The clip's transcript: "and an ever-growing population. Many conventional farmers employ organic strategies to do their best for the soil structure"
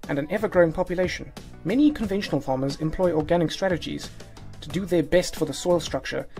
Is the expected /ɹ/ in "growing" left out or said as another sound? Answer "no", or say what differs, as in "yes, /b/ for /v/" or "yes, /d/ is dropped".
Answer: no